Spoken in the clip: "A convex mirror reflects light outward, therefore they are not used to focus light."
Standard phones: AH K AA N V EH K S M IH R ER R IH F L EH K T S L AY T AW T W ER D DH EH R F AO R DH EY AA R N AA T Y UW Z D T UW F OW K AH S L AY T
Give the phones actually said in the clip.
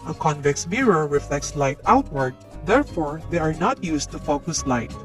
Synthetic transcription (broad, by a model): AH K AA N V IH K S M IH R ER R IH F L EH K T S L AY T AW T W ER D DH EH R F AO R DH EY AA R N AA T Y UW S T UW F OW K AH S L AY T